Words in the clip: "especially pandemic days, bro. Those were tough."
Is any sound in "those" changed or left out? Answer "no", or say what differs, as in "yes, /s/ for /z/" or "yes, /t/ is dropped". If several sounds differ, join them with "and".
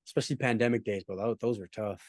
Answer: no